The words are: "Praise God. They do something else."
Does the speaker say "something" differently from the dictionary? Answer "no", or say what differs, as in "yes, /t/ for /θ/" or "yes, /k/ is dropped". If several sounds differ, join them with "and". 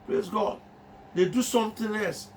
yes, /t/ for /θ/